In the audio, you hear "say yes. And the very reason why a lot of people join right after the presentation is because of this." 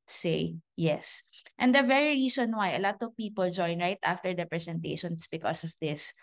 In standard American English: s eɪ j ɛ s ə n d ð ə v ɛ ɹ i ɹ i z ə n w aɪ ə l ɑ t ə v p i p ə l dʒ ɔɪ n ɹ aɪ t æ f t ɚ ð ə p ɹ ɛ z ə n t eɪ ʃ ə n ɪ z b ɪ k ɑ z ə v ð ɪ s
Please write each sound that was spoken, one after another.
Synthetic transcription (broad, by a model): s eɪ j ɛ s ə n d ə v ɛ ɹ i ɹ i s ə n w aɪ ə l ɑ t ə v p i p ə l dʒ ɔɪ n ɹ aɪ t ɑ f t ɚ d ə p ɹ ɛ s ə n t eɪ ʃ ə n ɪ s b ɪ k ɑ s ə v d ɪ s